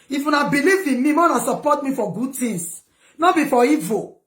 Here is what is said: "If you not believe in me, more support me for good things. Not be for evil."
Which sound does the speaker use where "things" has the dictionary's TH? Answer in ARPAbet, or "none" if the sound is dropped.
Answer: T